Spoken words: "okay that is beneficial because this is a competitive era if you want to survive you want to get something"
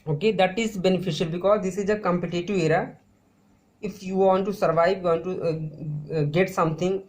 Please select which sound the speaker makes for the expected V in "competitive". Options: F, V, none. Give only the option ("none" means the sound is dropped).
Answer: none